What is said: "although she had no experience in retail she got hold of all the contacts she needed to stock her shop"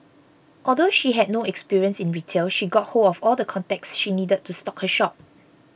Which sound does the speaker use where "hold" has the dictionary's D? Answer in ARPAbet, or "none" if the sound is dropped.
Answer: none